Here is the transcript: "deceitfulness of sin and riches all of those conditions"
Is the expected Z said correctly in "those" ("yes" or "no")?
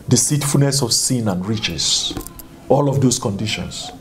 no